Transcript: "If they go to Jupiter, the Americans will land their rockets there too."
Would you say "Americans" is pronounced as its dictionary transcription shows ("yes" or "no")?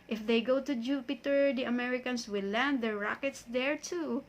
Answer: no